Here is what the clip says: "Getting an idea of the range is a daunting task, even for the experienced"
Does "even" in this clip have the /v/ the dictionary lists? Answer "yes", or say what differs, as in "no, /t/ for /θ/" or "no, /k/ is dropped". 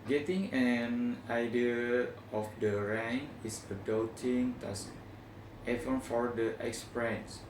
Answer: no, /f/ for /v/